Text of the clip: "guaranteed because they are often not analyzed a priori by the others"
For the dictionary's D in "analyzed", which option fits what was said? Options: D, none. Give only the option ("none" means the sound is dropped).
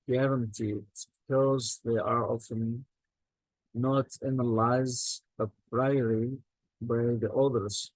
none